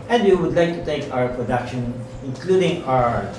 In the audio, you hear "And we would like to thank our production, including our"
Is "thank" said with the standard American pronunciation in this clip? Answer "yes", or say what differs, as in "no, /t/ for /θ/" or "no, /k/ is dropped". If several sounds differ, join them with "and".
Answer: no, /t/ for /θ/ and /ŋ/ is dropped